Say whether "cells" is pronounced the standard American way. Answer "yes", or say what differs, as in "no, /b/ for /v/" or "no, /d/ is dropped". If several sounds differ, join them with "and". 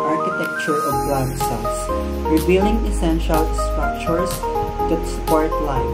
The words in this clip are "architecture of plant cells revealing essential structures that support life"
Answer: no, /s/ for /z/